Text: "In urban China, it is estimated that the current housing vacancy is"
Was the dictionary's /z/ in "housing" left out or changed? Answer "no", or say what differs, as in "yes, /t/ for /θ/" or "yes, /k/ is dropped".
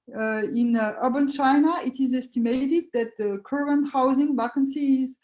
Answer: no